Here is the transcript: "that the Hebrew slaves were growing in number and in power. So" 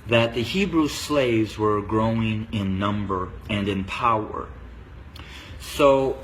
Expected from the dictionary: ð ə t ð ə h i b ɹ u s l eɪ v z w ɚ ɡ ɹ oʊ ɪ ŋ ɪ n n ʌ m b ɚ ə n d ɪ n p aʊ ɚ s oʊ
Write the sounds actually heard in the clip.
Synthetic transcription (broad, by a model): ð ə t ð ə h i b ɹ u s l eɪ v z w ɚ ɡ ɹ oʊ ɪ ŋ ɪ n n ʌ m b ɚ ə n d ɪ n p aʊ ɚ s oʊ